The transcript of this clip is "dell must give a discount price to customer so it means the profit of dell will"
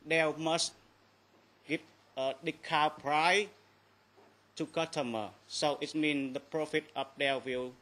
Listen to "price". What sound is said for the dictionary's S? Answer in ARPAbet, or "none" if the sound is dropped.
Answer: none